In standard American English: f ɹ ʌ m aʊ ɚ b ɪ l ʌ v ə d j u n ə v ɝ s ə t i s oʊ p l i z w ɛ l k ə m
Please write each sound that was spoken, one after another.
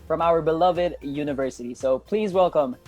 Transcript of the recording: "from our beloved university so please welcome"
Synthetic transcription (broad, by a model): f ɹ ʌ m aʊ ɚ b ɪ l ʌ v ə d j u n ə v ɝ s ə t i s oʊ p l i z w ɛ l k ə m